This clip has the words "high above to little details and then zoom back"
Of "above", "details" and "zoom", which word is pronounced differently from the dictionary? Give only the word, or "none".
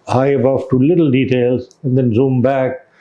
above